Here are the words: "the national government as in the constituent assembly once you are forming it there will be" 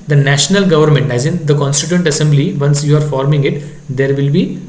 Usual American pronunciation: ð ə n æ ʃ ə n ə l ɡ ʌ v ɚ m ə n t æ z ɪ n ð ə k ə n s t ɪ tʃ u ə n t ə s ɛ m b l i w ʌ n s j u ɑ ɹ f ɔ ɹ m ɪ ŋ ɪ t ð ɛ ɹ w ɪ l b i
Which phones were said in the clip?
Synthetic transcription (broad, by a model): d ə n æ ʃ ə n ə l ɡ ʌ v ɚ m ə n t æ z ɪ n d ə k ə n s t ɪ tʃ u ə n t ə s ɛ m b l i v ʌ n s j u ɑ ɹ f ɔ ɹ m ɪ ŋ ɪ t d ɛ ɹ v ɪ l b i